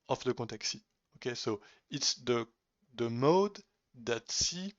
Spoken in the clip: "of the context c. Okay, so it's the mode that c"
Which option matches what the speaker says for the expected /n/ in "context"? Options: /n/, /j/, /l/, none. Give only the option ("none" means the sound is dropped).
none